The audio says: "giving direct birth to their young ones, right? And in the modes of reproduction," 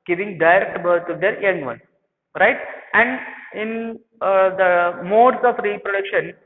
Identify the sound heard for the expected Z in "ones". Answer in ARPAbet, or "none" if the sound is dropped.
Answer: none